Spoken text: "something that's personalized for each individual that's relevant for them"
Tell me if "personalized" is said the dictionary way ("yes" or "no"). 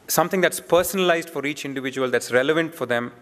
yes